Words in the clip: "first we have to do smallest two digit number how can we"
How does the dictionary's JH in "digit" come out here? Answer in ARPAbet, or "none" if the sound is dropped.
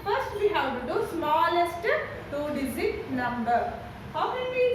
Z